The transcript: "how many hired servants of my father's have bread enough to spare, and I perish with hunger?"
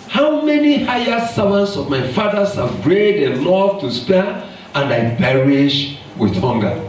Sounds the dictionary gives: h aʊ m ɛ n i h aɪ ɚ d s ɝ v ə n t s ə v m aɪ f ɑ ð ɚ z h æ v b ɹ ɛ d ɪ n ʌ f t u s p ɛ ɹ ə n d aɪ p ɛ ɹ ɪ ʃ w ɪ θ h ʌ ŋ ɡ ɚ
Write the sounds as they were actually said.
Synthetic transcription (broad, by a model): h aʊ m ɛ n i h aɪ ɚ s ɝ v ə n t s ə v m aɪ f ɑ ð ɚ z h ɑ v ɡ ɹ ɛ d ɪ l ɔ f t u s p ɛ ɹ ə n d aɪ p ɛ ɹ ɪ ʃ w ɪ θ h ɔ ŋ ɡ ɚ